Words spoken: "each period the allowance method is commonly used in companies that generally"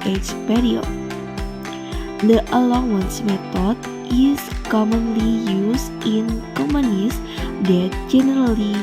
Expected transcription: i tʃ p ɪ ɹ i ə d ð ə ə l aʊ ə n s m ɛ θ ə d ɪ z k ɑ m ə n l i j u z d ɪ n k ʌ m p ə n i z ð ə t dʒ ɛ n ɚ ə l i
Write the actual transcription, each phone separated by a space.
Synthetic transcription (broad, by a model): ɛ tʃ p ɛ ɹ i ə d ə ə l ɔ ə n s m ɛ t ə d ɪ s k ɑ m ə n l i j u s ɪ n k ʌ m ə n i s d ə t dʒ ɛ n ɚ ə l i